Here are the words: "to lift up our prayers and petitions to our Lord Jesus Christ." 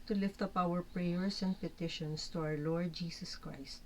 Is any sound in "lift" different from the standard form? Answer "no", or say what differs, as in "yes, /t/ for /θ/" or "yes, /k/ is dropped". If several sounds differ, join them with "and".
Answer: no